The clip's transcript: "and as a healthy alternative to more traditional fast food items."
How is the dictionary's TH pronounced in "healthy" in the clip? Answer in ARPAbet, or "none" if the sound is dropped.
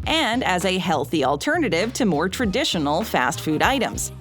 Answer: TH